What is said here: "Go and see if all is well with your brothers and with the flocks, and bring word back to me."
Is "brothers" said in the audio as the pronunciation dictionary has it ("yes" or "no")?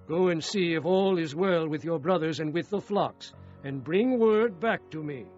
yes